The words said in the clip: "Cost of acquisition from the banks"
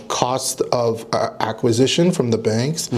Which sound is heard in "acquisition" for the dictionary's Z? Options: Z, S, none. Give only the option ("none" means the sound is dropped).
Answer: Z